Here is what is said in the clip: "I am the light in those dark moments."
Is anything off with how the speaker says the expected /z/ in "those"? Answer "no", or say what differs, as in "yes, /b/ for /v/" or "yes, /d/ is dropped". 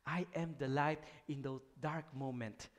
yes, /z/ is dropped